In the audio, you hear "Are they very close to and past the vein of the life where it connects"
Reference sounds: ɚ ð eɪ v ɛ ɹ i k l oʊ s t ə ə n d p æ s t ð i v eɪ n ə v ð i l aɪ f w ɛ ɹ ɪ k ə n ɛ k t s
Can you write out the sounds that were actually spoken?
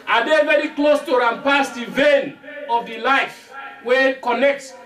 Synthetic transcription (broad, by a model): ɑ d eɪ v ɛ ɹ i k l oʊ s t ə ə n p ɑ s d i v eɪ n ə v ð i l aɪ f w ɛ ɪ k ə n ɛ k t s